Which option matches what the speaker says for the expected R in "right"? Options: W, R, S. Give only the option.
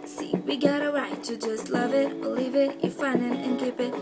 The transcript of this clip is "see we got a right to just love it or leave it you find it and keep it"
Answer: W